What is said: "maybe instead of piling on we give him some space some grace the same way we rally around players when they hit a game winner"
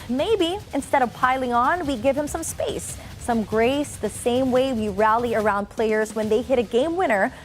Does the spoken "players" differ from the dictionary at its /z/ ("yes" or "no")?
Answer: no